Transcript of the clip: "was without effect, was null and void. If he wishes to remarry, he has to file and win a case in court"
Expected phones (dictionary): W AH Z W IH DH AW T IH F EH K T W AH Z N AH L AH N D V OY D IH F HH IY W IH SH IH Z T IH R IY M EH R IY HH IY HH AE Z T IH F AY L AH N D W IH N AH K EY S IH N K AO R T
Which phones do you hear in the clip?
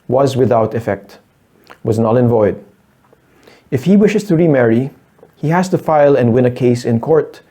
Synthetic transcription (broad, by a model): W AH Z W IH DH AW T IH F EH K T W AH Z N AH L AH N V OY D IH F HH IY W IH SH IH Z T IH R IY M EH R IY HH IY HH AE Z T IH F AY L AH N D W IH N AH K EY S IH N K AO R T